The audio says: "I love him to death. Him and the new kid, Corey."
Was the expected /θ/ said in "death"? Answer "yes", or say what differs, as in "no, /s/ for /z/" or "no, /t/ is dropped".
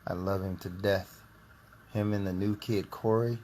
yes